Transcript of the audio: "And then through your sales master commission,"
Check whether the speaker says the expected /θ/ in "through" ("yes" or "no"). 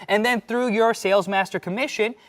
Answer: yes